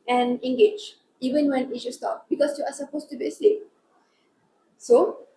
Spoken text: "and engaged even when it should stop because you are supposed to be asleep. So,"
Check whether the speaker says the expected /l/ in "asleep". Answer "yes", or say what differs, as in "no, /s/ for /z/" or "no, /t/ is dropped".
no, /l/ is dropped